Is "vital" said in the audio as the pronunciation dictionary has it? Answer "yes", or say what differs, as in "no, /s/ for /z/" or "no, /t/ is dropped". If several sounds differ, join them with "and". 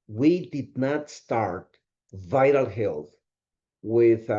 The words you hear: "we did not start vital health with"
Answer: yes